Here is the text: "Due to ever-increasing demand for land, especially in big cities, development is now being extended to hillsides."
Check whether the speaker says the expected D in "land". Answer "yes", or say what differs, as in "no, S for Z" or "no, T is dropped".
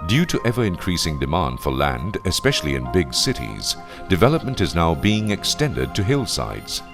yes